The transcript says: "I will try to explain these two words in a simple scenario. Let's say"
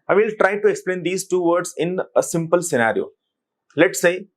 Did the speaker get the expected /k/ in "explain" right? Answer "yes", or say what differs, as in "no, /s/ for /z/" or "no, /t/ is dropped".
yes